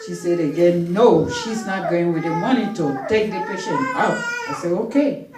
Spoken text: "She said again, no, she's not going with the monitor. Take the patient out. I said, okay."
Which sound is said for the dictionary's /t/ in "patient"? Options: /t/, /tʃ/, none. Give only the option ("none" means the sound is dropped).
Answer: none